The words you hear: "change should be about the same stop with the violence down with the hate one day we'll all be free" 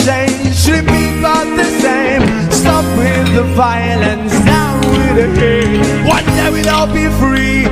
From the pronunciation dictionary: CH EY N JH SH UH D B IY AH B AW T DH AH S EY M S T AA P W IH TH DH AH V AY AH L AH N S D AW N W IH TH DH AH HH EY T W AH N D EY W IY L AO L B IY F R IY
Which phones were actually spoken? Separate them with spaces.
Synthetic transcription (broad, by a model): CH EY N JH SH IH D B IY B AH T DH AH S EY M S T AA P W IH DH AH V AY AH L AH N S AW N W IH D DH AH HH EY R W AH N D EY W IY N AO B IY F R IY